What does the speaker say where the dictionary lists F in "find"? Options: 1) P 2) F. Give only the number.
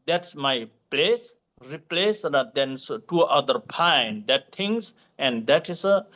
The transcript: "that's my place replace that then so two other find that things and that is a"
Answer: 1